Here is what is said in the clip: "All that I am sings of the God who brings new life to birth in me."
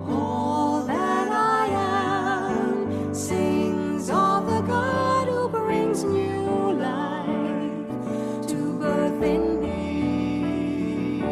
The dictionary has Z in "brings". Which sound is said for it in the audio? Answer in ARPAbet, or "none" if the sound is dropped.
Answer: Z